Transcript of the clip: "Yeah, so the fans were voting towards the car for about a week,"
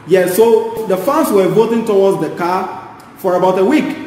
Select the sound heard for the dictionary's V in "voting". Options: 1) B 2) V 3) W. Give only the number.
2